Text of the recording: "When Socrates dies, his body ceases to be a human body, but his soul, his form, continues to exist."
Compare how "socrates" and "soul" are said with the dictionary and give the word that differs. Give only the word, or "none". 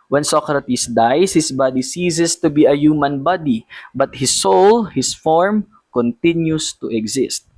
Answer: socrates